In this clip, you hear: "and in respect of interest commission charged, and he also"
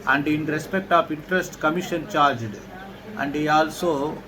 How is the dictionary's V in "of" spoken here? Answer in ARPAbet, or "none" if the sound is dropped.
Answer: P